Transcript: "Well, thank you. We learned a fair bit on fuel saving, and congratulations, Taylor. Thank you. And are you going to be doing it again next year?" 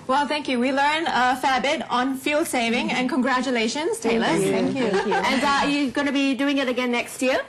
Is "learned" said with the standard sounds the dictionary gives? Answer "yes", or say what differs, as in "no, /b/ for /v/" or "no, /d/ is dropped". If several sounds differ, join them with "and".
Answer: no, /d/ is dropped